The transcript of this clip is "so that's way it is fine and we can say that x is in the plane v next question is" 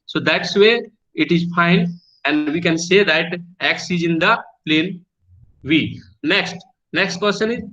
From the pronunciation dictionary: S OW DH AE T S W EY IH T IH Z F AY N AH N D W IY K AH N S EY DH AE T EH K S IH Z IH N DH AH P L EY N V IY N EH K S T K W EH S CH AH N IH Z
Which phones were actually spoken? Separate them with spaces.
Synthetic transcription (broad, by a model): S OW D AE T S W EY IH T IH Z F AY N AH N D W IY K AH N S EY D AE T EH K S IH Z IH N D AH P L EY N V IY N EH K S T K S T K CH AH N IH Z